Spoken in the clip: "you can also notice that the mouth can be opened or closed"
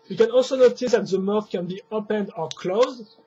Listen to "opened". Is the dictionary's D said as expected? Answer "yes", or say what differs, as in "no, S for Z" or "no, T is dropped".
yes